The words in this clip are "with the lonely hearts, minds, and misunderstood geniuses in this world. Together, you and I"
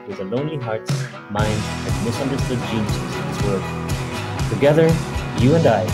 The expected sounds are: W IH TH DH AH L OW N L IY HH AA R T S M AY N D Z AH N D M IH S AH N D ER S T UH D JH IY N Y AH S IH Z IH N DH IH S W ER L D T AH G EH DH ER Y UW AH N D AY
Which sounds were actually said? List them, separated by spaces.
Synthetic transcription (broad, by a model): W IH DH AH L OW N L IY HH AA R T S M AY N D AH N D M IH S AH N D ER S T UH D JH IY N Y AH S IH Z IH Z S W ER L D T AH G EH DH ER Y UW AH N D AY